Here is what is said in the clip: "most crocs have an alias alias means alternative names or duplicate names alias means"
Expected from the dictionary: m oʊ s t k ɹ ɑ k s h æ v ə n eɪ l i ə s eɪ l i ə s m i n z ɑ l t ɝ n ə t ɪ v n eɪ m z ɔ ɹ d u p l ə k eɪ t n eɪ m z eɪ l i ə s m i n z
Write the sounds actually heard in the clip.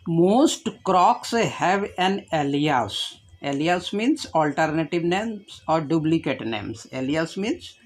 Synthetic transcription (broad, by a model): m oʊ s t k ɹ ɑ k s h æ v ə n eɪ l i ə s eɪ l i ə s m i n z ɑ l t ɝ n ə t ɪ v n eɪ m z ɔ ɹ d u b l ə k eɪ t n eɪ m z eɪ l i ə s m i n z